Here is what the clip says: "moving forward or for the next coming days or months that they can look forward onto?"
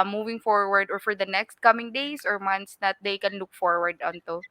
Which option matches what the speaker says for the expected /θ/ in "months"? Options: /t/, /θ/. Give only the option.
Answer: /t/